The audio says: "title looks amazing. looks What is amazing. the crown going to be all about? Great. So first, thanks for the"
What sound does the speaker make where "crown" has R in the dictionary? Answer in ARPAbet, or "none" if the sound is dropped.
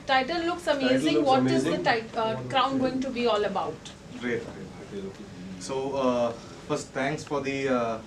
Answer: R